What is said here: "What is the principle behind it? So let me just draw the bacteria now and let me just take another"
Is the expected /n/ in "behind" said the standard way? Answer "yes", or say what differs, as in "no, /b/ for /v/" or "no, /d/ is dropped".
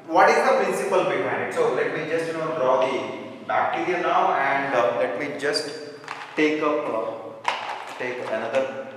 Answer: no, /n/ is dropped